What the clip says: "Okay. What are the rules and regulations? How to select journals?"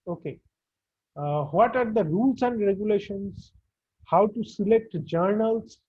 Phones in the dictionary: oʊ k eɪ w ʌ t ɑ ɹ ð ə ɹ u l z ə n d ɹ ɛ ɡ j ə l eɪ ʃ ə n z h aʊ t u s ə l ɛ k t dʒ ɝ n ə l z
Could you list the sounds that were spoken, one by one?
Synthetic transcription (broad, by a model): oʊ k eɪ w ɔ t ɑ ɹ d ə ɹ u l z ə n d ɹ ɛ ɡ j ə l eɪ ʃ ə n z h aʊ t u s ə l ɛ k t dʒ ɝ n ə l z